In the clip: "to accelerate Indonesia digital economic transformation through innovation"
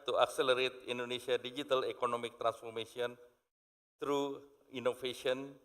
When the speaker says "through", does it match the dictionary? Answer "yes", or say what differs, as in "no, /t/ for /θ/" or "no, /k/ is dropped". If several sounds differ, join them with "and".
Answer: no, /t/ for /θ/